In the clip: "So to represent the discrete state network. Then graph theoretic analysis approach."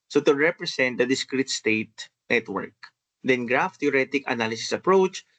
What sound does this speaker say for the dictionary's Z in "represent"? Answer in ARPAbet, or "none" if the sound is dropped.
S